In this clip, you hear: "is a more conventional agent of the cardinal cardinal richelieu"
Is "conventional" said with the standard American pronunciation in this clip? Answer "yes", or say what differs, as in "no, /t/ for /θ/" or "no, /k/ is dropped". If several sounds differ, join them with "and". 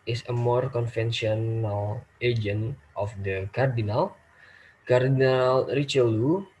no, /f/ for /v/